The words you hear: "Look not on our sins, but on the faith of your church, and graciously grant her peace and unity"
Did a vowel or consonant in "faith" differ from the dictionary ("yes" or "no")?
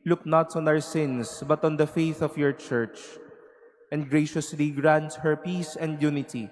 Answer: no